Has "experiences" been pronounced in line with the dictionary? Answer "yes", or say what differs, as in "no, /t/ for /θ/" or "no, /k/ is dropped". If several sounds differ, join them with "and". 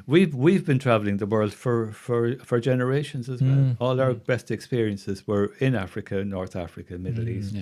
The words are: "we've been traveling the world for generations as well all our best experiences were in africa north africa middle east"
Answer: yes